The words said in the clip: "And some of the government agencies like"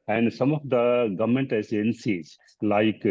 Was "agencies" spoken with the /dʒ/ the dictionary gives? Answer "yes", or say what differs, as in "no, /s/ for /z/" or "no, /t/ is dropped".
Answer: no, /z/ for /dʒ/